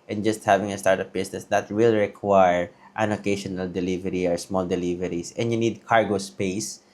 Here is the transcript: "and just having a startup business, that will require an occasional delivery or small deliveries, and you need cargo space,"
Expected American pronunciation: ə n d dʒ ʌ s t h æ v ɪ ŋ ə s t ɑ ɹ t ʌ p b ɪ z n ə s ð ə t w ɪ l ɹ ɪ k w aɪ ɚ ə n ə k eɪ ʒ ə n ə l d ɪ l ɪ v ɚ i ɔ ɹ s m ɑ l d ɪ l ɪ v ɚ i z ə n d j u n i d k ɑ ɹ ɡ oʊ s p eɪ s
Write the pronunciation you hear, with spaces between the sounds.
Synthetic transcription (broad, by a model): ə n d dʒ ʌ s t h æ v ɪ ŋ ə s t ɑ ɹ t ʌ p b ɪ s n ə s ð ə t w ɪ l ɹ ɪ k w aɪ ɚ ə n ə k eɪ ʃ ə n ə l d ɪ l ɪ v ɚ i ɔ ɹ s m ɑ l d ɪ l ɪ v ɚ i s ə n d j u n i d k ɑ ɹ ɡ oʊ s p eɪ s